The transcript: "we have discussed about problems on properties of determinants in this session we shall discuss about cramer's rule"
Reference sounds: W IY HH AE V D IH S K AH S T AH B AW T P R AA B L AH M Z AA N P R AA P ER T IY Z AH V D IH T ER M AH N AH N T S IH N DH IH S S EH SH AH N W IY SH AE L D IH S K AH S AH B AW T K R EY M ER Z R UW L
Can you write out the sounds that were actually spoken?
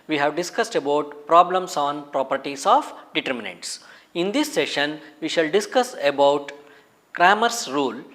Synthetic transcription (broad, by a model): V IY HH AE V D IH S K AH S T AH B AW T P R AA B L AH M S AA N P R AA P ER T IY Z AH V D IH T ER M AH N AH N T S IH N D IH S S EH SH AH N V IY SH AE L D IH S K AH S AH B AW T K R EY M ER S R UW L